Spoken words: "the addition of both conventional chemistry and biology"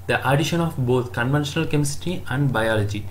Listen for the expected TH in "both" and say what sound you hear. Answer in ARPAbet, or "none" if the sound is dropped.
T